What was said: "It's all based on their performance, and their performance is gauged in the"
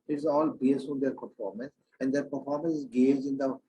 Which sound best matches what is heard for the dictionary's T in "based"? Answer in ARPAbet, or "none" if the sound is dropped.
none